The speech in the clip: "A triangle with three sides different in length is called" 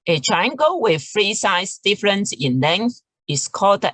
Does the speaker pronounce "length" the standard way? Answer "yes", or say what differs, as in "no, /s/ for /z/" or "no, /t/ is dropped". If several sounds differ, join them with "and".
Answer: yes